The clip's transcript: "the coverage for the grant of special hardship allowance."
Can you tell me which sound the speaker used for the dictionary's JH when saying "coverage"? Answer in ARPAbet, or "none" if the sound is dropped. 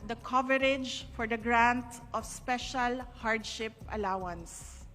JH